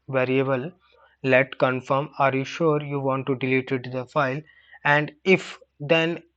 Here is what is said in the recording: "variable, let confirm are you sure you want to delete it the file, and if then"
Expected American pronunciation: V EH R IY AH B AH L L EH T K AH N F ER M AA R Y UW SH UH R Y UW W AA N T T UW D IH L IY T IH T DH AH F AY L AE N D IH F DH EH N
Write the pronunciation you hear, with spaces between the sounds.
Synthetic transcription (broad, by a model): V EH R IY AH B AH L L EH T K AH N F ER M AA R Y UW SH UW R Y UW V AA N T T UW D IH L IY T IH T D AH F AY L AE N D IH F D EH N